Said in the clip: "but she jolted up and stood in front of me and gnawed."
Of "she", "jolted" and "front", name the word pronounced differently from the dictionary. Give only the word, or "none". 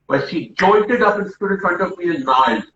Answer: jolted